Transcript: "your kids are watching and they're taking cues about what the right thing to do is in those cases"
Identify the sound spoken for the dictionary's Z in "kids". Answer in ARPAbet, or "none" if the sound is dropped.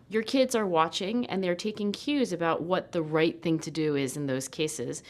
Z